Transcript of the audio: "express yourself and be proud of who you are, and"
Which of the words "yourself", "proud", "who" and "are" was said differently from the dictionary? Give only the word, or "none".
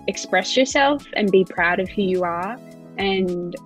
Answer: none